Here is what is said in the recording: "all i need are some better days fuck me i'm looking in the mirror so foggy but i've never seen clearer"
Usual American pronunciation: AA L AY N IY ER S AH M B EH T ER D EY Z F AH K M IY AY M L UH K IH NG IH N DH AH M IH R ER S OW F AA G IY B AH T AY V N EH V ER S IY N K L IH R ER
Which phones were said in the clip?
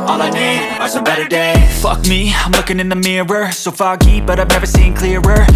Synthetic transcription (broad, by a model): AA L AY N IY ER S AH B EH T ER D EY F AH K M IY AY M L UH K IH NG IH N DH AH M IH R ER S OW F AA G IY B AH T AY V N EH V ER S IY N K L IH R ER